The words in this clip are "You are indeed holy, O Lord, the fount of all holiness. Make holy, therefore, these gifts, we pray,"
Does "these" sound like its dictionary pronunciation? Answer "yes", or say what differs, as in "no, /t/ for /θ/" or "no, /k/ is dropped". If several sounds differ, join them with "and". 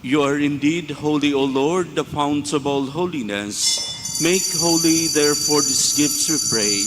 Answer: no, /s/ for /z/